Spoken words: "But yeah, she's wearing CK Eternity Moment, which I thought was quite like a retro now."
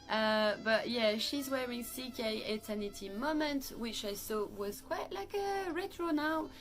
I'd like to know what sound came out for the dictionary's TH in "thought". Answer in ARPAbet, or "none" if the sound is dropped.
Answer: S